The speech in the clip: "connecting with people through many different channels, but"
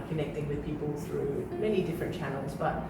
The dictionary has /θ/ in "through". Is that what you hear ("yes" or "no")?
yes